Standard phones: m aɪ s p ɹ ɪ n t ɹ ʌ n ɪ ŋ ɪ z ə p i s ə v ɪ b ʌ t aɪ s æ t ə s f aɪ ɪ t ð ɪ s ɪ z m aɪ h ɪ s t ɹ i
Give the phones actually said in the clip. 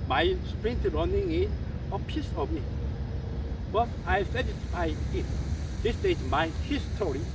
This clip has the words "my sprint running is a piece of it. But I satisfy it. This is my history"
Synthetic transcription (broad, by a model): m aɪ s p ɹ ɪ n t ɹ ʌ n ɪ ŋ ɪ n ə p i s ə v ɪ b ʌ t aɪ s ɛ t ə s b aɪ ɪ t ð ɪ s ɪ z m aɪ h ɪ s t ɹ i